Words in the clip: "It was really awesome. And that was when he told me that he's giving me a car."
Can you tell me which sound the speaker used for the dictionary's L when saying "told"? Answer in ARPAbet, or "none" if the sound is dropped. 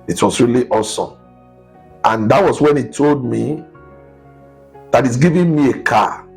L